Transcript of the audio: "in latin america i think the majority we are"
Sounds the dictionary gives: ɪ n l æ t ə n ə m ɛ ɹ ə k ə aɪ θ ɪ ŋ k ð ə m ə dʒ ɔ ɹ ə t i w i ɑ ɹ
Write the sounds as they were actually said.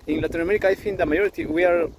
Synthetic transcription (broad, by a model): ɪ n l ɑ t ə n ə m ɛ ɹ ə k aɪ f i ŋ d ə m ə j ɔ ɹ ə t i w i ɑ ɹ